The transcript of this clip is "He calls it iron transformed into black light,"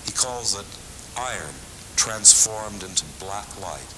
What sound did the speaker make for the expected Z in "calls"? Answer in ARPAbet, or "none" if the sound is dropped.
Z